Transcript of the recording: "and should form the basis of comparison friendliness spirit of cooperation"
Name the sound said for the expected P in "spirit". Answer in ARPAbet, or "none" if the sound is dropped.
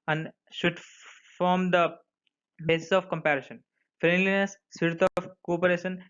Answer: none